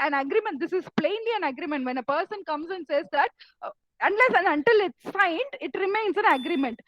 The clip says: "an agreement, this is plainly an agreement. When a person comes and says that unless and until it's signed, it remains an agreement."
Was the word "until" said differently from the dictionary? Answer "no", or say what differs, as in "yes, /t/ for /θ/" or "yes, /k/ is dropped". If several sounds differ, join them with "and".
no